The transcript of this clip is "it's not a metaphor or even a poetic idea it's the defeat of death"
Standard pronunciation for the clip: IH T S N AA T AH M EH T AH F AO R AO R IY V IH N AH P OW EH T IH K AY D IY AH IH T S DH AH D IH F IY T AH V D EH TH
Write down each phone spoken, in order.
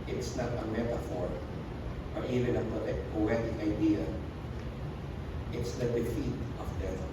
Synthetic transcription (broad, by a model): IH T S N AA T AH M EH T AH F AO R AO R IY V IH N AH P OW EH T IH K AY D IY AH IH T S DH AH D IH F IY T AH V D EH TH